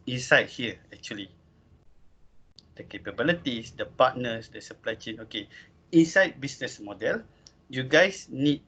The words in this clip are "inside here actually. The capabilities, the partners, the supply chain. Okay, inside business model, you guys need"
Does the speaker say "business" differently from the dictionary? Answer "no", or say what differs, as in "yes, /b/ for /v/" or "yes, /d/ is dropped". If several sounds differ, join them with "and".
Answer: yes, /s/ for /z/